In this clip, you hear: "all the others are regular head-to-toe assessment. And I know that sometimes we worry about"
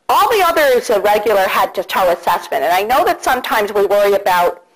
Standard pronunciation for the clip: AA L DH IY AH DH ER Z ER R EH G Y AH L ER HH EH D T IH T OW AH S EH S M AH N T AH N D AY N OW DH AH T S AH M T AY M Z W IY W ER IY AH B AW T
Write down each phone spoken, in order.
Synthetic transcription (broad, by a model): AA L DH IY AH DH ER Z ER R EH G Y L ER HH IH D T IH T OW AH S EH S M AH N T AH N AY N OW DH AH T S AH M T AY M Z W IY W ER IY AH B AW T